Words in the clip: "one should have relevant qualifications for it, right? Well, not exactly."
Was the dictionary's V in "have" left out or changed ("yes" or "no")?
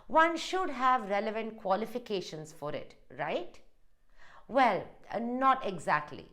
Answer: no